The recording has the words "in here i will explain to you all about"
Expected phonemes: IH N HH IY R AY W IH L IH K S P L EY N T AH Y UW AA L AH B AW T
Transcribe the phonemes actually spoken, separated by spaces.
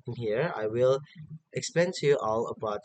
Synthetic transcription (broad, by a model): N HH IY R AY W IH L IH K S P EY N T Y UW AA L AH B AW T